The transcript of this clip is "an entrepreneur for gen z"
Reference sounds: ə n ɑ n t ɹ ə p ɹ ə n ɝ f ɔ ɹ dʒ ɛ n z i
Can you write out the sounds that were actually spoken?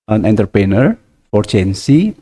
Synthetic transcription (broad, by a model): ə n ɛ n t ə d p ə n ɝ f ɔ ɹ tʃ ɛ n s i